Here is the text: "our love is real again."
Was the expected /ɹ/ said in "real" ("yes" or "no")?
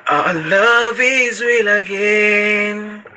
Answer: no